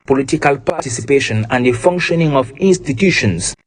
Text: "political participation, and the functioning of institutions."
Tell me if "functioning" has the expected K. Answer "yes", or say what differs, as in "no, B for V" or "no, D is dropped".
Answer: yes